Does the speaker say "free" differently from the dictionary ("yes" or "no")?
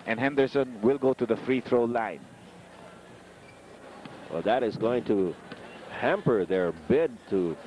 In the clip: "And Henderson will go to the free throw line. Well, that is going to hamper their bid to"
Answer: no